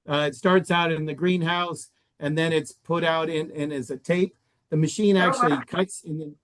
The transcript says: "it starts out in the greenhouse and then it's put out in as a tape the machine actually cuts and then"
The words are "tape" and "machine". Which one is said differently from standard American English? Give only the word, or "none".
none